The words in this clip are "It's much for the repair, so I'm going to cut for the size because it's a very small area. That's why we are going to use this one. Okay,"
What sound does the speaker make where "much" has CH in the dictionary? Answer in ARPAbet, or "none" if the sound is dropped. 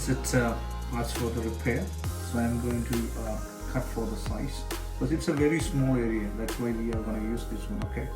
S